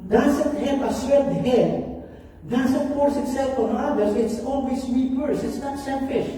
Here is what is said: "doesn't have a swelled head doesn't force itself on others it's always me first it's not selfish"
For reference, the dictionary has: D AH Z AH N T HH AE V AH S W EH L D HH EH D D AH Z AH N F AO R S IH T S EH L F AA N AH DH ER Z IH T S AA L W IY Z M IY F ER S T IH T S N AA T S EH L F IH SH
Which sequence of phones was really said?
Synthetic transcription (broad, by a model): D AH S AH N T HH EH P AH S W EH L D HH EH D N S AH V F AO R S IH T S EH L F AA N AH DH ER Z IH T S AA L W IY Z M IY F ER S IH T S N AA T S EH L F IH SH